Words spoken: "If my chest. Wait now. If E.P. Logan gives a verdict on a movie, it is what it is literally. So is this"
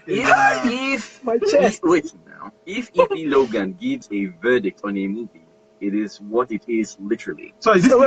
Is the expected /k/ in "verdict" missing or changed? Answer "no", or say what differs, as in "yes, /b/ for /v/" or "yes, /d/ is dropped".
no